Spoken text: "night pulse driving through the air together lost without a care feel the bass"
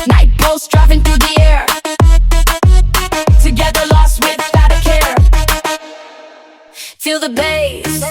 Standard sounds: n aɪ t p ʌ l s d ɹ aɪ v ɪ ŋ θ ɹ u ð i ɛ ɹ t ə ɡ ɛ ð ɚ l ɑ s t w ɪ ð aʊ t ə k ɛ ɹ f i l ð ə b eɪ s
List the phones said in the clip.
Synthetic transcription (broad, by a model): n aɪ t b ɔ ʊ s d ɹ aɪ f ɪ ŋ θ ɹ u ð i ɛ ɹ t ə ɡ ɛ ð ɚ l ɑ s t w ɪ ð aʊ t ə k ɛ ɹ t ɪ l ð ə b eɪ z